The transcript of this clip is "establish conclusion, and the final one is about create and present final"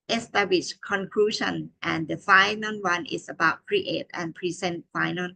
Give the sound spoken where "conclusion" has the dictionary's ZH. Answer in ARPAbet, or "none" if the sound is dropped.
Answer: SH